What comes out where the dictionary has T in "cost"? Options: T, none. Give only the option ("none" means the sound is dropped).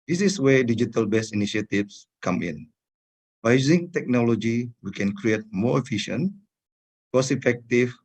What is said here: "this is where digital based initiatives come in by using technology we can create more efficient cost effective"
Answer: none